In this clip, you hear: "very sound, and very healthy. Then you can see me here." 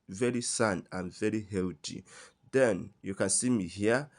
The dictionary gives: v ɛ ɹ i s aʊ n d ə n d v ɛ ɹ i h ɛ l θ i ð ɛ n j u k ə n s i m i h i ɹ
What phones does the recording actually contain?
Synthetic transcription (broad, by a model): v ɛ ɹ i s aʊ n ə n v ɛ ɹ i h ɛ l t i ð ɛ n j u k ə n s i m i h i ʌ